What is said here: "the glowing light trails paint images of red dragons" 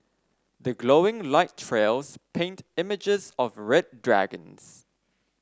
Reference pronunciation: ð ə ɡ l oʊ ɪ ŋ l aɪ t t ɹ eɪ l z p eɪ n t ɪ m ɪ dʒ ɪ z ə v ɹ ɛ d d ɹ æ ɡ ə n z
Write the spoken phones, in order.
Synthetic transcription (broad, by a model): ð ə ɡ l oʊ ɪ ŋ l aɪ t t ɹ eɪ l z p eɪ n t ɪ m ɪ dʒ ɪ z ə v ɹ ɛ d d ɹ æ ɡ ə n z